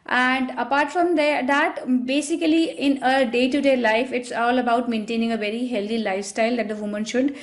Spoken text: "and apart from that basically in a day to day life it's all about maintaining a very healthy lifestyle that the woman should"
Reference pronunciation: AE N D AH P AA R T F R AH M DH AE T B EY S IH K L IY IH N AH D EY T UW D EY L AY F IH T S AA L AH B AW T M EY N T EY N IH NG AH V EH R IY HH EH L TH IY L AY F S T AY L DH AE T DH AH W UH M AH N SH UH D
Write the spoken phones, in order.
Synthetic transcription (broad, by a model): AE N D AH P AA R T F R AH M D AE T B EY S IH K L IY IH N AH D EY T UW D EY L AY F IH T S AA L AH B AW T M EY N T EY N IH NG AH V EH R IY HH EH L T IY L AY F S T AY L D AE T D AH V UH M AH N SH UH D